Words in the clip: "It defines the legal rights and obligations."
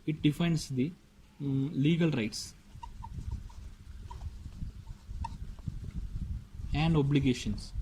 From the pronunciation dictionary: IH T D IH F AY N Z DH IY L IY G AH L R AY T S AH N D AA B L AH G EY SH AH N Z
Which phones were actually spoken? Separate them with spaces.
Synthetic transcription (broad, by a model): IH T D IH F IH N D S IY L IY G AH L R AY T S AH N D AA B L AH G EY SH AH N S